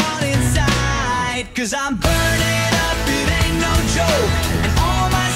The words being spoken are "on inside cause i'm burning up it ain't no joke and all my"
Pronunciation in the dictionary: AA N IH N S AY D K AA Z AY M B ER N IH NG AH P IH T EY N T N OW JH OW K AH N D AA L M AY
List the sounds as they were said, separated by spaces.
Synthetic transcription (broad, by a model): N IH N S AY D K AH Z AY M B ER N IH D AH P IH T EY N N OW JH OW AH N AA L M AY